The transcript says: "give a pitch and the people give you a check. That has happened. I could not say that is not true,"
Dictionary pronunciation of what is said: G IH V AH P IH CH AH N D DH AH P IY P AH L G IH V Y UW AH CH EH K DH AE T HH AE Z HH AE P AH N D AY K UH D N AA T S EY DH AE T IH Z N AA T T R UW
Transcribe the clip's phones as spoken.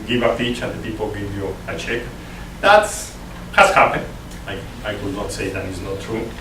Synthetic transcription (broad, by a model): G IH V AH F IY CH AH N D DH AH P IY P AH L G IH V Y UW AH CH EH K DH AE T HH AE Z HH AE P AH N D AY K UH D N AA T S EY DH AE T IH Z N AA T T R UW